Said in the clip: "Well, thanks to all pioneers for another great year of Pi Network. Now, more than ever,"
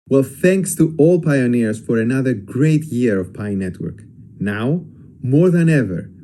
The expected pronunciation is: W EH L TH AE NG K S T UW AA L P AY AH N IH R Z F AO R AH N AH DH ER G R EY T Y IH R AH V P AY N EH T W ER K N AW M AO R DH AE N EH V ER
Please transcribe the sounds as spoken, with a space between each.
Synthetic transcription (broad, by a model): W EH L TH AE NG K S T UW AA L P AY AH N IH R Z F AO R AH N AH DH ER G R EY T Y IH R AH V P AY N EH T W ER K N AW M AO R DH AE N EH V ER